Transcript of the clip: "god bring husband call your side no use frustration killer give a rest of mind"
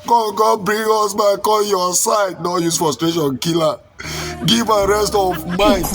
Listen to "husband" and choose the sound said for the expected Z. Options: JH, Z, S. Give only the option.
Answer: S